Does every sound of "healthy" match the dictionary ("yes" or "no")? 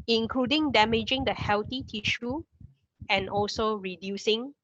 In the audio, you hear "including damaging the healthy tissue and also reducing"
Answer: no